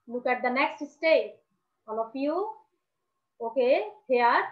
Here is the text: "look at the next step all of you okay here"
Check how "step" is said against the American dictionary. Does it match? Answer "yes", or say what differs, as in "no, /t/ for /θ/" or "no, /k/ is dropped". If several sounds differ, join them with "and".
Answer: no, /p/ is dropped